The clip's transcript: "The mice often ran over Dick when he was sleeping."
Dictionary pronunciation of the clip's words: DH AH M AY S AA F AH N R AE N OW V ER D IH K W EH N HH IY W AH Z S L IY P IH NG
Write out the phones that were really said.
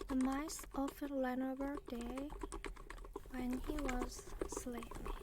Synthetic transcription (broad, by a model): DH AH M AY S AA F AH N L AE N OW B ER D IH W EH N HH IY W AH Z S L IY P